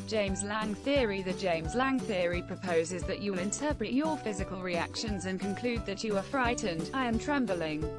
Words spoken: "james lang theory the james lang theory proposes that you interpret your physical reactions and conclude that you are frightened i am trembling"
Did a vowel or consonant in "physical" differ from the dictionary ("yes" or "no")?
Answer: no